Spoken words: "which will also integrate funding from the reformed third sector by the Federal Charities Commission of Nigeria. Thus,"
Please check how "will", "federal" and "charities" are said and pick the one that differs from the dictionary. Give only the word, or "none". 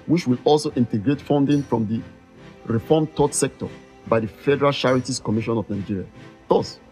charities